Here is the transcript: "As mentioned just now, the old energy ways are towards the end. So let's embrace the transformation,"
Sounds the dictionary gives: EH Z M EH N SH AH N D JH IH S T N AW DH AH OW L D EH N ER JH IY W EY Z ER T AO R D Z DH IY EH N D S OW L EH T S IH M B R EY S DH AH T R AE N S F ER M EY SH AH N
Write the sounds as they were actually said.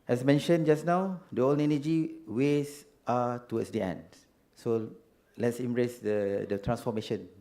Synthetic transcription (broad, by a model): EH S M EH N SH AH N JH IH S N AW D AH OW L EH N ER JH IY W EY S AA T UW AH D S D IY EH N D S OW L EH T S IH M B R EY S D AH T R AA N S F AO M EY SH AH N